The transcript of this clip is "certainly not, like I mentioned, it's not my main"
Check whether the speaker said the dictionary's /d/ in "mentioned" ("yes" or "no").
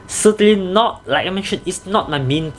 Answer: no